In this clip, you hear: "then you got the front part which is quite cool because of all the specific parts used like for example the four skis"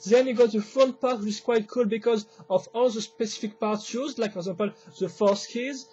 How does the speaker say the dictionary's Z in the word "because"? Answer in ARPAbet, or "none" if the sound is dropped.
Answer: Z